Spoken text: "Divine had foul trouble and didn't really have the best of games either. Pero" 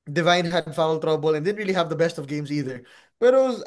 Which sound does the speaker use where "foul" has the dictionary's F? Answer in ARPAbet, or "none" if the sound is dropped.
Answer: F